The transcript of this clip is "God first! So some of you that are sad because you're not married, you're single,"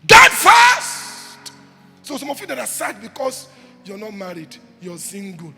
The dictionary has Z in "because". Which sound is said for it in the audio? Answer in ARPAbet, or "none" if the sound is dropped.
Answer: S